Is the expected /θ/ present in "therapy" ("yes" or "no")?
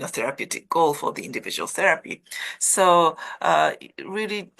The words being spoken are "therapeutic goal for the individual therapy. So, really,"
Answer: yes